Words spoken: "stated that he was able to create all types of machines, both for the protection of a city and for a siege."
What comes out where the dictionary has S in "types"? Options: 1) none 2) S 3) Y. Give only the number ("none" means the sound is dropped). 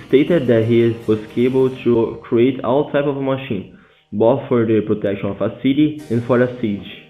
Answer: 1